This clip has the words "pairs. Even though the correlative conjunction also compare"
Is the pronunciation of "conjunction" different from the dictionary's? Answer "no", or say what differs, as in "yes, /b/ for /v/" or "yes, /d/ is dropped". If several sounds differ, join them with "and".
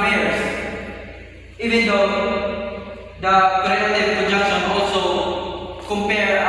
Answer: yes, /ŋ/ is dropped